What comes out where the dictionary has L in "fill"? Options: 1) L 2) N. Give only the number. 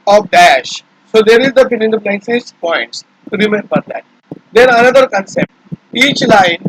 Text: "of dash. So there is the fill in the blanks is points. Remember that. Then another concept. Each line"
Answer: 2